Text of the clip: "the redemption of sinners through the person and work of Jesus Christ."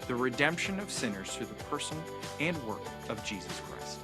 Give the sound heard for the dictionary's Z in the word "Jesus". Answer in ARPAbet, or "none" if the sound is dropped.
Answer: Z